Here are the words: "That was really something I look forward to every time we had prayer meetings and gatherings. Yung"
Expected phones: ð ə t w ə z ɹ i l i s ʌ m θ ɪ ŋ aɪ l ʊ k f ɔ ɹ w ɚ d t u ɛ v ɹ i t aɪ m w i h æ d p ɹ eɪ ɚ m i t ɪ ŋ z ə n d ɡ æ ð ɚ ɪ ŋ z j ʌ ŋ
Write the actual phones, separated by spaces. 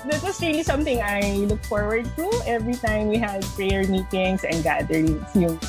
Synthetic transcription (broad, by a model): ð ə t w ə s ɹ i l i s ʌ m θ ɪ ŋ aɪ l ʊ k f ɔ ɹ w ɚ d t u ɛ v ɹ i t aɪ m w i h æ d p ɹ eɪ ɚ m i t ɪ ŋ s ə n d ɡ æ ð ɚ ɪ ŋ s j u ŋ